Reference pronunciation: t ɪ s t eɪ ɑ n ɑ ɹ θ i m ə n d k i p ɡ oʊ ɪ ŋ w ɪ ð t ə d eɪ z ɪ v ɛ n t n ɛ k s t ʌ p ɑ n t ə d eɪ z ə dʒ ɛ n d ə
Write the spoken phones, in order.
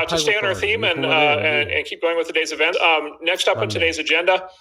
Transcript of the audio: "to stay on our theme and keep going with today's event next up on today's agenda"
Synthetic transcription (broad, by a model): t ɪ s t eɪ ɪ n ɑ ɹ θ i m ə n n k i p ɡ oʊ ɪ ŋ w ɪ ð t ə d eɪ z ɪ v ɛ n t n ɛ k s t ʌ p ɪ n t ə d eɪ z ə dʒ ɛ n d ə